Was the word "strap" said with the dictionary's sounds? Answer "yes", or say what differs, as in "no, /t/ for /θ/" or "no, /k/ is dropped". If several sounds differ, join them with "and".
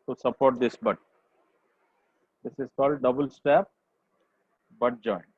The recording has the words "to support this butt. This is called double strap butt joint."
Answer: no, /ɹ/ is dropped